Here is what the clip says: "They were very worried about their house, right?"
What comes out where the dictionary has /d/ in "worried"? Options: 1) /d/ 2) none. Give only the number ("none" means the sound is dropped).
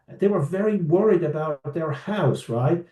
1